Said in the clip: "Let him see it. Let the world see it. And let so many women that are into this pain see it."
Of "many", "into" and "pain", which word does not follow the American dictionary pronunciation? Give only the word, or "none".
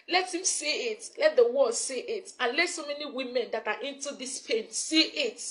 none